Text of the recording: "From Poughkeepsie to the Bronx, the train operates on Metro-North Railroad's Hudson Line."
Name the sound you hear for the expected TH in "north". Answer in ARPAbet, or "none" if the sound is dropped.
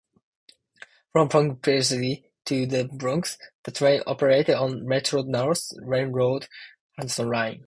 S